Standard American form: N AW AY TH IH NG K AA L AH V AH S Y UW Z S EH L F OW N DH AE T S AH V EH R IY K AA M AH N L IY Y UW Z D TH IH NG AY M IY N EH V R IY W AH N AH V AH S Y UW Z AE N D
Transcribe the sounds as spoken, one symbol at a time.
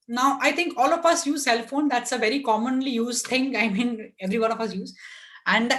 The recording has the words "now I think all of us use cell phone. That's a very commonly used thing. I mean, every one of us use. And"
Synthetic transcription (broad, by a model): N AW AY T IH NG K AA L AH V AH S Y UW Z S EH L F OW N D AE T S AH V EH R IY K AA M AH N L IY Y UW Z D T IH NG AY M IY N EH V R IY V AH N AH F AH S Y UW Z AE N D